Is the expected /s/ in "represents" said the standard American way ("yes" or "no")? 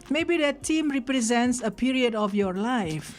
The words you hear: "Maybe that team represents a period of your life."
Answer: yes